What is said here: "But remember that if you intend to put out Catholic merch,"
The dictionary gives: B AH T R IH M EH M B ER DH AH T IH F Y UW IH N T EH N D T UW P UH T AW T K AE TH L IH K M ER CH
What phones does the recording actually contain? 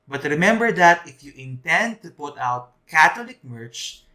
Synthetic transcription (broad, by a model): B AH T R IH M EH M B ER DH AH T IH F Y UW IH N T EH N D T UW P UH T AW T K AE T L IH K M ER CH